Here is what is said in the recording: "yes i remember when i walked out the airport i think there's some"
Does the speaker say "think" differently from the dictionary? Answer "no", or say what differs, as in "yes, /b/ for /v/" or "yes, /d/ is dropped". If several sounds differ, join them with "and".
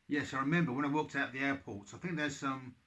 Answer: no